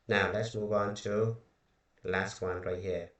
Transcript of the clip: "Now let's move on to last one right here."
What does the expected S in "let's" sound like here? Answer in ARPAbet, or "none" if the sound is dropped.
S